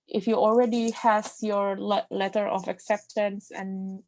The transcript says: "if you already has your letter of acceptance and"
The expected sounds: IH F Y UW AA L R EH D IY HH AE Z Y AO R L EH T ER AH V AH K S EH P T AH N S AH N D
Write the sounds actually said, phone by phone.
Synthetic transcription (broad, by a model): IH F Y UW AA L R EH D IY HH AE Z Y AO R L EH T ER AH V AH K S EH P T AH N S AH N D